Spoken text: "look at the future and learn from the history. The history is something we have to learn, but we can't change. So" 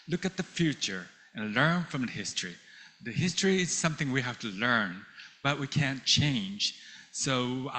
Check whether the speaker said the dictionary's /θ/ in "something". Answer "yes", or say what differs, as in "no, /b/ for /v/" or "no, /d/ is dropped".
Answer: yes